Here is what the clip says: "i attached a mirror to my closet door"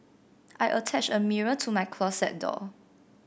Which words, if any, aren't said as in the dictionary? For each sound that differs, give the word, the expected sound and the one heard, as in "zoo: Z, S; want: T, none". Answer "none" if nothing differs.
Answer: attached: T, none; closet: Z, S